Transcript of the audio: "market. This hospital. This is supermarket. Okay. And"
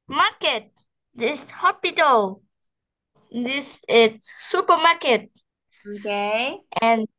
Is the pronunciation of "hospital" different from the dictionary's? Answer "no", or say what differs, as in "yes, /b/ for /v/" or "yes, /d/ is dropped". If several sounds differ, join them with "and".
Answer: yes, /s/ is dropped